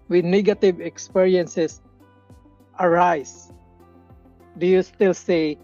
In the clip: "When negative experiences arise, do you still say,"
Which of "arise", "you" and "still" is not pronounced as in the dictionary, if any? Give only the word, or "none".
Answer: arise